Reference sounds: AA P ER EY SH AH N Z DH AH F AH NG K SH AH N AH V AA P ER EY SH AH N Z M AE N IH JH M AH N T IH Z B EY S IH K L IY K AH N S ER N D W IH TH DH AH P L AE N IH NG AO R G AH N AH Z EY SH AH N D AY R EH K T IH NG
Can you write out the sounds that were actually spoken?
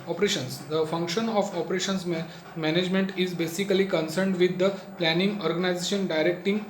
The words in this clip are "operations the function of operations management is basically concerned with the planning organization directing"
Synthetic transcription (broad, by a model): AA P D EY SH AH N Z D AH F AH NG K SH AH N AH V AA P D EY SH AH N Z M AE N IH JH M AH N T IH Z B EY S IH K L IY K AH N S ER N D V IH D AH P L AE N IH NG AO R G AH N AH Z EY SH AH N D AY R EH K T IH NG